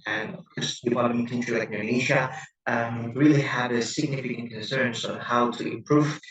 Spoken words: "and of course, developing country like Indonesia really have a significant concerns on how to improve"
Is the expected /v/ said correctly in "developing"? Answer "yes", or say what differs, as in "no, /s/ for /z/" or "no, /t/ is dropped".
no, /p/ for /v/